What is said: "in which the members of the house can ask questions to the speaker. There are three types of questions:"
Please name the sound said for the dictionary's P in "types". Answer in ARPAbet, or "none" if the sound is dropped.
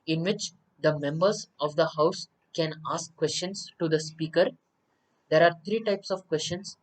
P